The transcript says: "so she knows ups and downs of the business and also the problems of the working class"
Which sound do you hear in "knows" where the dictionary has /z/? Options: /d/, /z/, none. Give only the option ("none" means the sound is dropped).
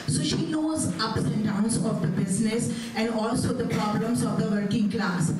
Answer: /z/